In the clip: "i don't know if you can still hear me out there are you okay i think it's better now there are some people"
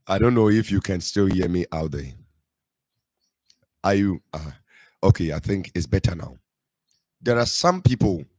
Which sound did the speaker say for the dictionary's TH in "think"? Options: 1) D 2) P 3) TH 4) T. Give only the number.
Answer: 3